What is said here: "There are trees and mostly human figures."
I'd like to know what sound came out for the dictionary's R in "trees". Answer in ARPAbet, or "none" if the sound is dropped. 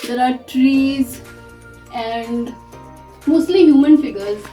R